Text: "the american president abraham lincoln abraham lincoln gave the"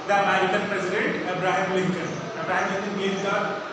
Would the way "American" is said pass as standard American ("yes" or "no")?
no